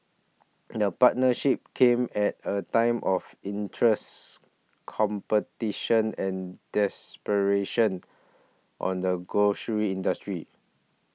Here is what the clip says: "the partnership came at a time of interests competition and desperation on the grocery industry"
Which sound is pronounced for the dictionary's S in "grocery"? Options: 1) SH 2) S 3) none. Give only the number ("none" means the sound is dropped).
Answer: 1